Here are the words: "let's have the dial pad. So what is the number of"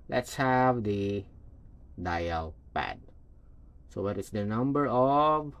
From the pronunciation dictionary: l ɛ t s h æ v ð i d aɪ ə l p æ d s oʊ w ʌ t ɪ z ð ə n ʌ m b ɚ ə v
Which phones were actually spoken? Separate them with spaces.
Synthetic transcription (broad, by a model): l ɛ t s h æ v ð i d aɪ ə l p æ d s oʊ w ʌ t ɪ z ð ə n ʌ m b ɚ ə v